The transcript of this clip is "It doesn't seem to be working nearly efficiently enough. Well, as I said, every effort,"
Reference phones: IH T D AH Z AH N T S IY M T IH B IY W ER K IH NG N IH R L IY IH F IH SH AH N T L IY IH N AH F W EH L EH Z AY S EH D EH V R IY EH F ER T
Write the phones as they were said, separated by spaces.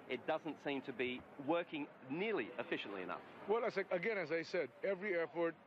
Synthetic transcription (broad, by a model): IH T D AH Z AH N T S IY M T IH B IY W ER K IH NG N IH R L IY IH F IH SH AH N T L IY IH N AH F W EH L EH Z AY S EH D EH V R IY EH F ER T